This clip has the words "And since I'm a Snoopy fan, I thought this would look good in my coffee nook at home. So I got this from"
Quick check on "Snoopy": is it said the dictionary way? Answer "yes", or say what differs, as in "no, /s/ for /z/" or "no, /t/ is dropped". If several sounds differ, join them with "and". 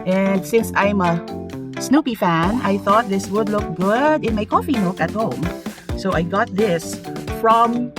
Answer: yes